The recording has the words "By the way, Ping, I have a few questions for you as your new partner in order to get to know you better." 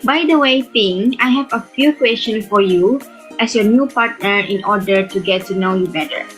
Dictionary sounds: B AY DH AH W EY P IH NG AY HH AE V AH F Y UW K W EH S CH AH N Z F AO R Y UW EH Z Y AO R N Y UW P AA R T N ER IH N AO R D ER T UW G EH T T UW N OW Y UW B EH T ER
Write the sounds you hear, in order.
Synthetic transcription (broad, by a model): B AY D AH W EY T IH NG AY HH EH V AH F Y UW K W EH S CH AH N F AO R Y UW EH S Y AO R N Y UW P AA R T N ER IH N AO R D ER T UW G EH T T UW N OW Y UW B EH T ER